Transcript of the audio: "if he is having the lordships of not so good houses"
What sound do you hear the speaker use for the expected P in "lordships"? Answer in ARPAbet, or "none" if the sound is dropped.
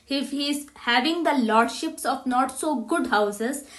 P